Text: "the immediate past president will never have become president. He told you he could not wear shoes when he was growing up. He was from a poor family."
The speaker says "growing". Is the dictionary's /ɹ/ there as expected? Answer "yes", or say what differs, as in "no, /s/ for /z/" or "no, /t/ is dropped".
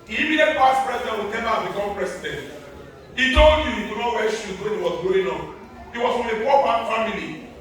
no, /ɹ/ is dropped